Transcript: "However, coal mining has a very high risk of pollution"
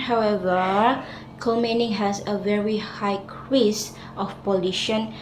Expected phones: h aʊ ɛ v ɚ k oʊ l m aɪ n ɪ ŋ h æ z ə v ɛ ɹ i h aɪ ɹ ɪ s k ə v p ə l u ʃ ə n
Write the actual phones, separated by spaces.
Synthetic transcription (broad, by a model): h aʊ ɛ v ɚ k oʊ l m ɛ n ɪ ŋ h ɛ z ə v ɛ ɹ i h aɪ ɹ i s ə f p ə l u ʃ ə n